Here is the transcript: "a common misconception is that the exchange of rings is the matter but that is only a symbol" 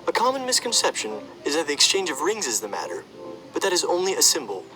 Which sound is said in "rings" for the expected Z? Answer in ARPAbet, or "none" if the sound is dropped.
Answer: Z